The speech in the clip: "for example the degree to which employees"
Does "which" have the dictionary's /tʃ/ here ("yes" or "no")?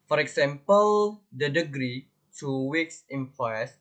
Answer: no